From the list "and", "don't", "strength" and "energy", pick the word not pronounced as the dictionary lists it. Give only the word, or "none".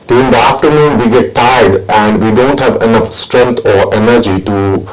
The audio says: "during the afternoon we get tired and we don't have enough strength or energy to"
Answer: strength